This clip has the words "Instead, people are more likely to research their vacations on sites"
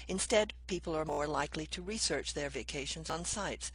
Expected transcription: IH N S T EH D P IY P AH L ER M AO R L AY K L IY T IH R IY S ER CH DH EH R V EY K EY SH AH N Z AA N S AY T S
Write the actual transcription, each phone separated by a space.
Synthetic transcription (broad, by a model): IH N S T EH D P IY P L ER M AO R L AY K L IY T IH R IY S ER CH DH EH R V EY K EY SH AH N Z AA N S AY T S